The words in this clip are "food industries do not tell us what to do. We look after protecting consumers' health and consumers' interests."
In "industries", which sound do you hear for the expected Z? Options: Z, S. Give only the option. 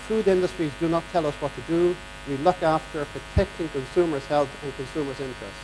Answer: Z